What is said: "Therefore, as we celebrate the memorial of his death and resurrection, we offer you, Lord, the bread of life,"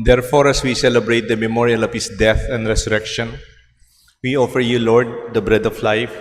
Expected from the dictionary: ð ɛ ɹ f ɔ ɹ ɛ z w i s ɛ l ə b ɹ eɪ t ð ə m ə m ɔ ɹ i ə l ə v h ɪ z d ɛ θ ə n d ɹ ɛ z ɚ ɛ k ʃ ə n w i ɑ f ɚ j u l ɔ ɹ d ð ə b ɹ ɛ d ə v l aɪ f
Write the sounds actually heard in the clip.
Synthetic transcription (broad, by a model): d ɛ ɹ f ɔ ɹ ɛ s w i s ɛ l ə b ɹ eɪ t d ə m ə m ɔ ɹ i ə l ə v h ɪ s d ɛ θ ə n d ɹ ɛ s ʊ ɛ k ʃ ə n w i ɑ f ɚ j u l ɔ ɹ d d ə b ɹ ɛ d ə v l aɪ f